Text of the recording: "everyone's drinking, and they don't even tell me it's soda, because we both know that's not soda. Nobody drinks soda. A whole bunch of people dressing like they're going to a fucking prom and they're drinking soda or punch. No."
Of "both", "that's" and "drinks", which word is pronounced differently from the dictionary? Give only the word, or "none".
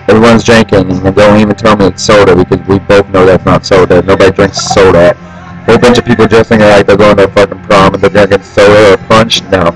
none